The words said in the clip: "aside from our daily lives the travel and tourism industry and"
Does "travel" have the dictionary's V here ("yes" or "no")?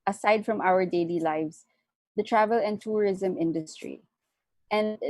yes